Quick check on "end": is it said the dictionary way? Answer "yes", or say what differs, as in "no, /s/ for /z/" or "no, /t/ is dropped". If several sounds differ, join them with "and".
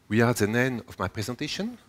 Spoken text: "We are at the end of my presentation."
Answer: no, /d/ is dropped